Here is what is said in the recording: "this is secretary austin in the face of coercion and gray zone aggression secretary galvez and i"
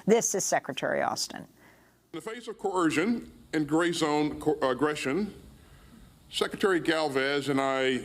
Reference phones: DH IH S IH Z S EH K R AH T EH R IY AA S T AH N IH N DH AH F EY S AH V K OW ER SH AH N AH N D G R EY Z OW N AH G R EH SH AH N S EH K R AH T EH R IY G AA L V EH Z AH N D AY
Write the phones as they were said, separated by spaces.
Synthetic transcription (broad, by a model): DH IH S IH Z S EH K R AH T EH R IY AA S T AH N IH N DH AH F EY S AH V K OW ER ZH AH N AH N G R EY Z OW N AH G R EH SH AH N S EH K R AH T EH R IY G AA L V EH Z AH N AY